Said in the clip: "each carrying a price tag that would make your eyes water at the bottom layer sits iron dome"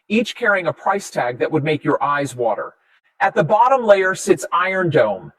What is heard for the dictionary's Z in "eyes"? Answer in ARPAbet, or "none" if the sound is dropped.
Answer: Z